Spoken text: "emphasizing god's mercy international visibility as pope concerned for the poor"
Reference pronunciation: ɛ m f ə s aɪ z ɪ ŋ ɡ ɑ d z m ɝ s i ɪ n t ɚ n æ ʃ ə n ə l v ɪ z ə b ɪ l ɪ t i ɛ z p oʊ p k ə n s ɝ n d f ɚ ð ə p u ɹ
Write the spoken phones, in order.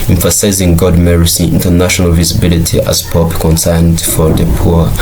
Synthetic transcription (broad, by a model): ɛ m f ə s aɪ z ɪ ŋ ɡ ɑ d m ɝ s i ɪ n t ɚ n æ ʃ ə n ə l v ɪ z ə b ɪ l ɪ t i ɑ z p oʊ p k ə n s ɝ n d f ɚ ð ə p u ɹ